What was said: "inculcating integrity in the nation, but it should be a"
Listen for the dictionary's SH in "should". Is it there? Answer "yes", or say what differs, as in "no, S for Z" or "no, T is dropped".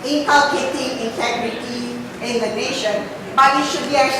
yes